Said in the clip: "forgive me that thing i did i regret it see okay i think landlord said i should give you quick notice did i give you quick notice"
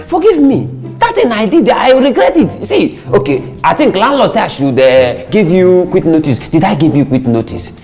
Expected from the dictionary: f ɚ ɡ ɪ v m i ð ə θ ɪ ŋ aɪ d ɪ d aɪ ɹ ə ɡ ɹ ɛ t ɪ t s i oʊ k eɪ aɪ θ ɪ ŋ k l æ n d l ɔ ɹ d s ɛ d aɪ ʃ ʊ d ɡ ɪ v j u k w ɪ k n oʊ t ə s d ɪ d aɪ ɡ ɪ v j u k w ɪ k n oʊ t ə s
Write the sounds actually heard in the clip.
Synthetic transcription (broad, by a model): f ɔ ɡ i v m i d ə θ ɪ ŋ aɪ d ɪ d aɪ ɹ ə ɡ ɹ ɛ t ɪ t s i oʊ k eɪ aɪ t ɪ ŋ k l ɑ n l ɔ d s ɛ aɪ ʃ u d ɡ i v j u k w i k n oʊ t ə s d ɪ d aɪ ɡ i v j u k w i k n oʊ t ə s